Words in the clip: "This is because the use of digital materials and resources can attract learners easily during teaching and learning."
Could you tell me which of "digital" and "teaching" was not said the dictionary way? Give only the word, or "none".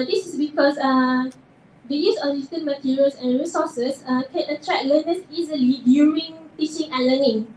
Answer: digital